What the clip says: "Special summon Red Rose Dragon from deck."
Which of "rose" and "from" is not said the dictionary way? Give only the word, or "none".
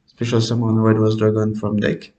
rose